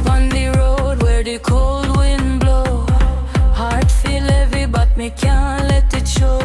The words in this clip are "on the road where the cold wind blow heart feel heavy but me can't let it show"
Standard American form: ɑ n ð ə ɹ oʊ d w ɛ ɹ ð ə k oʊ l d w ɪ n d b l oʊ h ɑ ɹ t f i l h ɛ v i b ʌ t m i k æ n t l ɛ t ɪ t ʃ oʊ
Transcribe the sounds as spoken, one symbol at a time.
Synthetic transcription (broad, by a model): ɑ n ð ə ɹ oʊ d w ɛ ɹ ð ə k oʊ l d w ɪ n b l oʊ h ɑ ɹ t f i l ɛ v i b ʌ t m i k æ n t l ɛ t ɪ t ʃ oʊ